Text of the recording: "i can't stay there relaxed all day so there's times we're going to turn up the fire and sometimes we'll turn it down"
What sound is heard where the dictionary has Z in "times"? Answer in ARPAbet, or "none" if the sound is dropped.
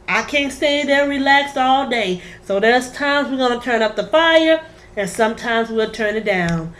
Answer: Z